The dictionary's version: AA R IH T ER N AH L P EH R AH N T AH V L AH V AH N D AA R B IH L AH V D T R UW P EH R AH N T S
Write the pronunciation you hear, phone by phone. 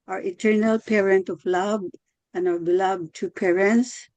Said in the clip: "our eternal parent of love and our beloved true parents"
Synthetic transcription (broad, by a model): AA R IH T ER N AH L P EH R AH N T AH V L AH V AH N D AA R B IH L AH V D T UW P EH R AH N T S